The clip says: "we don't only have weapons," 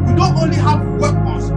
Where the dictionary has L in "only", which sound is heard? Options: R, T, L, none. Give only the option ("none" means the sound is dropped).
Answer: L